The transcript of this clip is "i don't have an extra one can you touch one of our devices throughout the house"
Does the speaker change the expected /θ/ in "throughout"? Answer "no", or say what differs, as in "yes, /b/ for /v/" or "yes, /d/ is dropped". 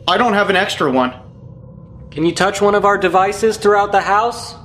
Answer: no